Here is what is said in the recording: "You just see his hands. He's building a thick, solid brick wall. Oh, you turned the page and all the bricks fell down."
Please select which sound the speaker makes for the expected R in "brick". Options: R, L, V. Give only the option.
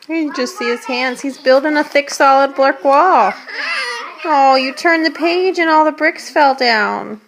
L